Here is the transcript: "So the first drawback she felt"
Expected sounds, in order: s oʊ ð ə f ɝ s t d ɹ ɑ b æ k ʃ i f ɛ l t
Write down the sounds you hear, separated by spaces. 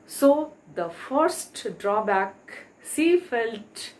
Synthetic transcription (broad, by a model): s oʊ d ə f ɝ s t d ɹ ɑ b æ k s i f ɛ l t